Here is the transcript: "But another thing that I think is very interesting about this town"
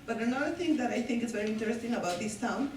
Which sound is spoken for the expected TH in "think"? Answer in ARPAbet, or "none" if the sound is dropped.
T